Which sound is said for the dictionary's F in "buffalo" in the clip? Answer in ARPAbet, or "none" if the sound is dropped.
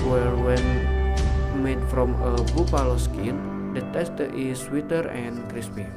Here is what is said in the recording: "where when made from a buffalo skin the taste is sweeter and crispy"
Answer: P